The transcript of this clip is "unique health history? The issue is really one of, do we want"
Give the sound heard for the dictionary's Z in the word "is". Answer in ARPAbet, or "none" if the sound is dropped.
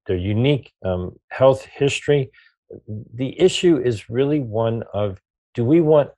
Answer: Z